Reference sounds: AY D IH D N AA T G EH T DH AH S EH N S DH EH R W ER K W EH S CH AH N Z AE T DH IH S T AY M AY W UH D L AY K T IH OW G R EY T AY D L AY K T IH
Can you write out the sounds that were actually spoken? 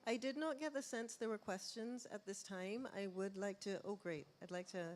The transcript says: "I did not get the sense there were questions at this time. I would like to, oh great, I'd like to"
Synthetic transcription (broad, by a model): AY D IH D N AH T G EH T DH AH S EH N S DH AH R W ER K W EH S CH AH N Z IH T DH IH S T AY M AY W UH D L AY K T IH OW G R EY T AY D L AY K T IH